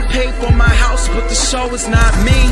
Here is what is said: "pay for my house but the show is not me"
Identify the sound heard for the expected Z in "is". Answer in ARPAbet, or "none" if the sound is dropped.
Z